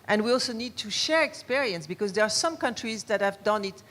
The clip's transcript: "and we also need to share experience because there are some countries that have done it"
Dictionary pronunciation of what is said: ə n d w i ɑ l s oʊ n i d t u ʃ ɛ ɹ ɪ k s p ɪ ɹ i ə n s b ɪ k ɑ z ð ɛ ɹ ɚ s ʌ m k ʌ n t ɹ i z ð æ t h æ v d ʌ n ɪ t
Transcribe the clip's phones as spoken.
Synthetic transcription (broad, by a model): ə n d w i ɑ l s oʊ n i d t u ʃ ɛ ɹ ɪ k s p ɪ ɹ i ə n s b ɪ k ɑ z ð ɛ ɹ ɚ s ʌ m k ʌ n t ɹ i z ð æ t h æ v d ʌ n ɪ t